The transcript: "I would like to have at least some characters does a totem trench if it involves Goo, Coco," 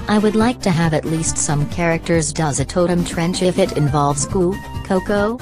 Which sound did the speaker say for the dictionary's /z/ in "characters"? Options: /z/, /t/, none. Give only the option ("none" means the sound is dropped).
/z/